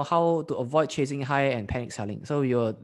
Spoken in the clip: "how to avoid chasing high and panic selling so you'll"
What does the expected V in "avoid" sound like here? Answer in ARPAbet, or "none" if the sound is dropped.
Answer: V